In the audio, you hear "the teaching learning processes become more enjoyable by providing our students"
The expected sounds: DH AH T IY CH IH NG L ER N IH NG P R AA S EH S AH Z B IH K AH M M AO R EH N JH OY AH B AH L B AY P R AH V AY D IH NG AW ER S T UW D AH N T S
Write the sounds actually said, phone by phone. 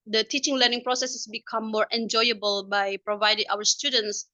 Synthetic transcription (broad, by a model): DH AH T IY CH IH NG L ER N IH NG P R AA S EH S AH S B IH K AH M M AO R EH N JH OY AH B AH L B AY P R AH V AY D IH NG AW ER S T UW D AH N T S